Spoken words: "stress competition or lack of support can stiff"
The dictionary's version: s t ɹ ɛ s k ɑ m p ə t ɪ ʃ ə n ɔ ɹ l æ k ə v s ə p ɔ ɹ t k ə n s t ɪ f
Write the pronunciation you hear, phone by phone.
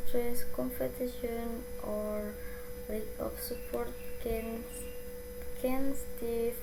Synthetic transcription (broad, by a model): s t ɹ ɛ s k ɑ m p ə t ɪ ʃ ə n ɔ ɹ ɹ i ə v s ə p ɔ ɹ t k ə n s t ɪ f